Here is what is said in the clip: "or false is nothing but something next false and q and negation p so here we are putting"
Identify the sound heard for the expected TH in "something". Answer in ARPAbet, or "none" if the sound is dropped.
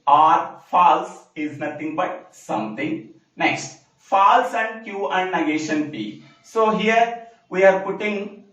T